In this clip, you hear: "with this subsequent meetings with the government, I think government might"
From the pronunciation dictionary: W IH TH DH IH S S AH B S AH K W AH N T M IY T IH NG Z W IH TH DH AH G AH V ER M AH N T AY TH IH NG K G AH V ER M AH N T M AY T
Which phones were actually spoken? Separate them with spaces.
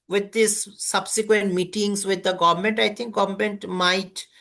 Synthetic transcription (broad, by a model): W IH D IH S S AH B S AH K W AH N T M IY T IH NG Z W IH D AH G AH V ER M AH N T AY T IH NG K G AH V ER M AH N T M AY T